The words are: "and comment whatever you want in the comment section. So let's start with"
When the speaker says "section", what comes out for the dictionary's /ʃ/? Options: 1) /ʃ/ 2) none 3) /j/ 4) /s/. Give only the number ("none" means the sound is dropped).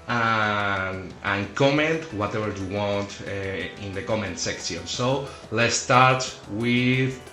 4